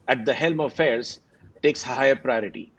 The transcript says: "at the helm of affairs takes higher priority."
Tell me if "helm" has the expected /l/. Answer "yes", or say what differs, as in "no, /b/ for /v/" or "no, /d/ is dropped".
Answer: yes